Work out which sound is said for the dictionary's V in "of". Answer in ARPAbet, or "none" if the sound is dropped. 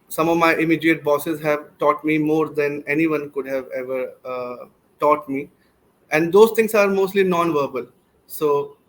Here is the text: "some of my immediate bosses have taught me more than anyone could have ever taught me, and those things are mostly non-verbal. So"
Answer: V